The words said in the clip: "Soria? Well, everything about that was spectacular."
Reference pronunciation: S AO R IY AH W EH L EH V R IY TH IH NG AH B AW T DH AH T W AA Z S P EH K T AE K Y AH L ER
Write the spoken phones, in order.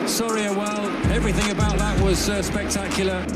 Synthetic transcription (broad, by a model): S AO R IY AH W EH L EH V R IY TH IH NG AH B AW T DH AH T W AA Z S P EH K T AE K Y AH L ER